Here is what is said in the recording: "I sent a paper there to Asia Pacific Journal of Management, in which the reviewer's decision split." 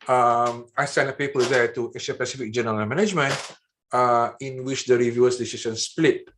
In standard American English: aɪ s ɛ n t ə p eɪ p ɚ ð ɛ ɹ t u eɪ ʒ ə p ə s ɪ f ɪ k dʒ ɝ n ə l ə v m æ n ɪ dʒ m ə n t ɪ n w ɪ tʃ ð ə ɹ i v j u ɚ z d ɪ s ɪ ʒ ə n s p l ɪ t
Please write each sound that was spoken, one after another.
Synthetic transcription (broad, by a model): aɪ s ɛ n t ə p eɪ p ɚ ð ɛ t u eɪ ʃ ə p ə s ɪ f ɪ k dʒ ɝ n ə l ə m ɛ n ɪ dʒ m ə n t ɪ n w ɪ tʃ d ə ɹ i v j u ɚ s d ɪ s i s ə n s p l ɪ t